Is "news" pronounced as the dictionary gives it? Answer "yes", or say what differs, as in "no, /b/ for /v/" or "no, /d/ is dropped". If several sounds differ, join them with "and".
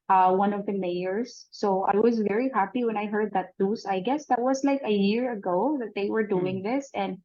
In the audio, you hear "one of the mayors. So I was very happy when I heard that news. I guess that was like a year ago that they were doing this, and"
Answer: no, /l/ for /n/ and /s/ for /z/